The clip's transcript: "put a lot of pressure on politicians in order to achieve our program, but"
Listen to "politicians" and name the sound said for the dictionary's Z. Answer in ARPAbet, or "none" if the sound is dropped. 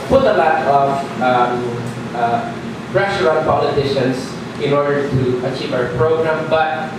S